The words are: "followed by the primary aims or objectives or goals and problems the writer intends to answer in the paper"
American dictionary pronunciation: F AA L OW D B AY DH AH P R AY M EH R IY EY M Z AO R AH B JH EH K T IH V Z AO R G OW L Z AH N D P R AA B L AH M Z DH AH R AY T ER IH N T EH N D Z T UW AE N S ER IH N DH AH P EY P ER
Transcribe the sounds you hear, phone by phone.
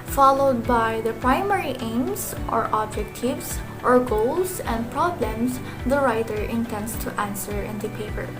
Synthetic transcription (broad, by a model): F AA L OW D B AY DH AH P R AY M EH R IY EY M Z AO R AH B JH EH K T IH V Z AO R G OW L S AH N D P R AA B L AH M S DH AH R AY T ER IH N T EH N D S T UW AE N S ER IH N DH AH P EY P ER